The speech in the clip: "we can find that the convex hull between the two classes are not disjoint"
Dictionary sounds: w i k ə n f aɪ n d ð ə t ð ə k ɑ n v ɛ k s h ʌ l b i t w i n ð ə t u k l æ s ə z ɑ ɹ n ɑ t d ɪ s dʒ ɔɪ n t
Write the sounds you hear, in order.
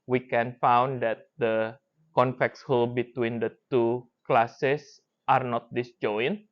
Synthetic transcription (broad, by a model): w i k ə n f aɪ n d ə t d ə k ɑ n f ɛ k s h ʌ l b i t w i n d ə t u k l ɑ s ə s ɑ ɹ n ɑ t d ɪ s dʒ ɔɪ n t